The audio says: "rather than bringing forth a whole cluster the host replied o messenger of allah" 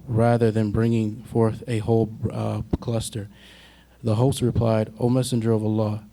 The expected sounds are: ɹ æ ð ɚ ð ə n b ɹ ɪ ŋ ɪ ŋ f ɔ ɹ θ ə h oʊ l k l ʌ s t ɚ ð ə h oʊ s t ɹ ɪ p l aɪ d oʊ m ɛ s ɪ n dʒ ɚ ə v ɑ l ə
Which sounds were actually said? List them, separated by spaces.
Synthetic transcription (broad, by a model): ɹ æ ð ɚ ð ə n b ɹ ɪ ŋ ɪ ŋ f ɔ ɹ θ ə h oʊ l k l ʌ s t ɚ ð ə h oʊ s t ɹ ɪ p l aɪ d oʊ m ɛ s ɪ n dʒ ɚ ə v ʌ l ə